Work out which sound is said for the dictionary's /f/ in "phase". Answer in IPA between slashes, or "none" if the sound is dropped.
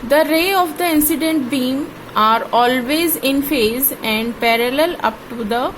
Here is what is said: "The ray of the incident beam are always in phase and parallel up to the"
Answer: /f/